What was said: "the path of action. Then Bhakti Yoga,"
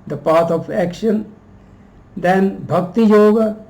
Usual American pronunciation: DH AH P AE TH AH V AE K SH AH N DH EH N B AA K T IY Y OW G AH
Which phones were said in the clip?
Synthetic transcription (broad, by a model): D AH P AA T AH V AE K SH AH N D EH N B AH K T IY Y OW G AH